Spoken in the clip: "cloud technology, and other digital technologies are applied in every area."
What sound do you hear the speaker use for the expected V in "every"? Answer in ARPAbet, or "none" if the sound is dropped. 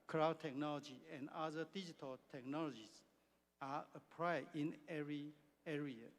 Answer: none